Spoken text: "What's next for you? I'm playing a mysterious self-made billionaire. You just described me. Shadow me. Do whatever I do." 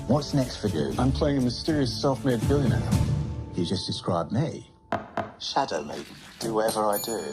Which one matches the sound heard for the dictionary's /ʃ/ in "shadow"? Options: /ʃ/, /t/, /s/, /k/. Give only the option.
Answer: /ʃ/